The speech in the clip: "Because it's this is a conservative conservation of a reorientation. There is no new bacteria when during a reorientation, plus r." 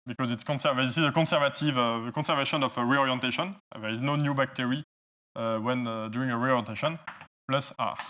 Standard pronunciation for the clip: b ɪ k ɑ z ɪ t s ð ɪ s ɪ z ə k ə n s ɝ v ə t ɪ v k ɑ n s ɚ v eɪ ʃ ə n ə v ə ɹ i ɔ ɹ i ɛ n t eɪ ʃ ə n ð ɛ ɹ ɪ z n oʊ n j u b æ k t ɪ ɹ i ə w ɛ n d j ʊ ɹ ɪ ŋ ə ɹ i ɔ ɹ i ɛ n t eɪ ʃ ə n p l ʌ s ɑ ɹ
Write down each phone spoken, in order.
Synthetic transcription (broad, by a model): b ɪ k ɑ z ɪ t s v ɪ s ɪ z ə k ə s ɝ v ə t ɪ v k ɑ s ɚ v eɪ ʃ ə n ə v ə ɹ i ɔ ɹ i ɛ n t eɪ ʃ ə n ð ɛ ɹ ɪ z n oʊ n j u b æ k t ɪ ɹ i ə w ɛ n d j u ɹ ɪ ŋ ə ɹ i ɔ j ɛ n t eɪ ʃ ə n p l ʌ s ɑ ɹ